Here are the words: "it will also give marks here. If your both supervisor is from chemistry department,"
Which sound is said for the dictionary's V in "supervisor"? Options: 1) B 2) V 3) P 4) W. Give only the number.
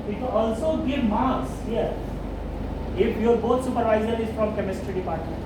2